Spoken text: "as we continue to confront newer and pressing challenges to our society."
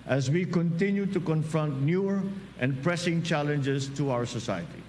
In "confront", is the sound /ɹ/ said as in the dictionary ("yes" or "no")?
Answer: yes